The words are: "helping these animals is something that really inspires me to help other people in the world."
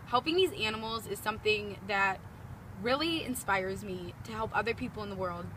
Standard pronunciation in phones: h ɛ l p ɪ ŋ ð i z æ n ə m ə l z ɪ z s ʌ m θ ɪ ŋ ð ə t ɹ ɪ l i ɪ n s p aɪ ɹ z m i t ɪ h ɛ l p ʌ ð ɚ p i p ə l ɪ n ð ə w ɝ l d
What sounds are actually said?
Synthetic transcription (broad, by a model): h ɛ l p ɪ ŋ ð i z æ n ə m l z ɪ z s ʌ m θ ɪ ŋ ð ə t ɹ ɪ l i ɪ n s p aɪ ɹ z m i t ɪ h ɛ l p ʌ ð ɚ p i p l ɪ n ð ə w ɝ l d